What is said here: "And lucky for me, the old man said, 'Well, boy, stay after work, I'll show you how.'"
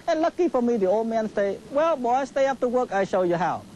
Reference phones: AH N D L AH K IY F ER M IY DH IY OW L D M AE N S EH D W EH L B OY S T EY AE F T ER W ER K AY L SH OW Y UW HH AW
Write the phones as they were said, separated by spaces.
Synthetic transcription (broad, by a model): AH N L AH K IY F ER M IY DH IY OW L D M AE N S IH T W EH L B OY S T EY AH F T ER W ER K AY SH OW Y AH HH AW